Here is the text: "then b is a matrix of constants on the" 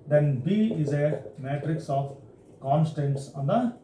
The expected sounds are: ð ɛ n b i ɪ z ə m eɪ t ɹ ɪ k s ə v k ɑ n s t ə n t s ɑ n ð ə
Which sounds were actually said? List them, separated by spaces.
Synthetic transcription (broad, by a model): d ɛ n b i ɪ z ə m eɪ t ɹ ɪ k s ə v k ɑ n s t ə n t s ɑ n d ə